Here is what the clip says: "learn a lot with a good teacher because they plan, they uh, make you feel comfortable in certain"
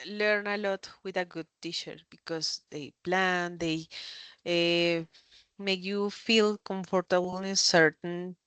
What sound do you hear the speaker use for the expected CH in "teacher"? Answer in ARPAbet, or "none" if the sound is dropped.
SH